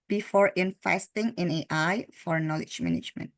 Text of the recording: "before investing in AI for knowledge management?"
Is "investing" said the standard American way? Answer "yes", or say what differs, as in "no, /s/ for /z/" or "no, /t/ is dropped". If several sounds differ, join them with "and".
no, /f/ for /v/